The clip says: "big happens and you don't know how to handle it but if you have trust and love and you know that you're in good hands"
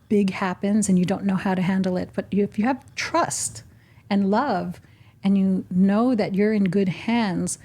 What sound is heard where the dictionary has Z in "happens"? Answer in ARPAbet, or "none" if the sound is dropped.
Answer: Z